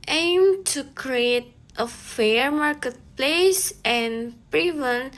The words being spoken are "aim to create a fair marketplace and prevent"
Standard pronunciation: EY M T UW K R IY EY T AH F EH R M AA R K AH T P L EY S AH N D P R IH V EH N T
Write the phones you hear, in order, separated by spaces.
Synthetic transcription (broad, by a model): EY M T UW K R IY EY T AH F EH R M AA R K AH T P L EY S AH N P R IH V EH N